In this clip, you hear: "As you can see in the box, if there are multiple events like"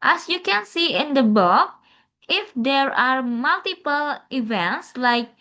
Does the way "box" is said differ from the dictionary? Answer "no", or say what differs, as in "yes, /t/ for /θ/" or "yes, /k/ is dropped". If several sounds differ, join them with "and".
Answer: yes, /s/ is dropped